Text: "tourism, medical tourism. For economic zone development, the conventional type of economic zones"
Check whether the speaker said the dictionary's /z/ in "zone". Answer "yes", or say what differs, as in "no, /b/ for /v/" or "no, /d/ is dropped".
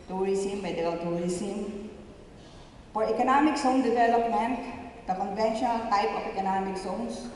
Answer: no, /s/ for /z/